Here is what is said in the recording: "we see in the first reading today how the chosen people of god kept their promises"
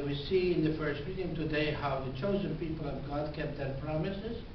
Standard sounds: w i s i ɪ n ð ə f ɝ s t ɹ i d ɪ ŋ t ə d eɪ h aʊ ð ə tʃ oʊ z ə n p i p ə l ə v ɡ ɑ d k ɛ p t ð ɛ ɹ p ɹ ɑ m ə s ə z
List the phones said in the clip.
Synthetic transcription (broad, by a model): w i s i ɪ n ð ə f ɝ s t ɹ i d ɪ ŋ t ə d eɪ h aʊ ð ə tʃ oʊ z ə n p i p ə l ə v ɡ ɑ d k ɛ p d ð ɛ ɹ p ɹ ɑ m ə s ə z